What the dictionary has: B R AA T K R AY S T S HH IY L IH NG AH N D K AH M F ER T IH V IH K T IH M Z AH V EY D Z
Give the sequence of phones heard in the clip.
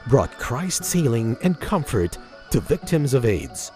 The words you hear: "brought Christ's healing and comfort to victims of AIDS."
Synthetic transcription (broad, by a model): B R AA T K R AY S T S HH IY L IH NG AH N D K AH M F ER T IH V IH K T IH M Z AH V EY D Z